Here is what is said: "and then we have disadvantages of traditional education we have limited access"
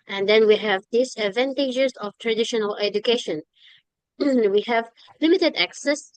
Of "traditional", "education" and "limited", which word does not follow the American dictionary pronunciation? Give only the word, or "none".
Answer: none